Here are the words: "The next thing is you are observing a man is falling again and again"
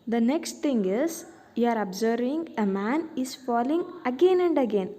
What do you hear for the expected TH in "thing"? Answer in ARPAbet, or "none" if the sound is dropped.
T